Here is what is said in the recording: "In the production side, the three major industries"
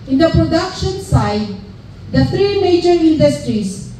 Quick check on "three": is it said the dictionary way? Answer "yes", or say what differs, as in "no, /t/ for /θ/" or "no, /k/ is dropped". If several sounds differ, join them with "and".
no, /t/ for /θ/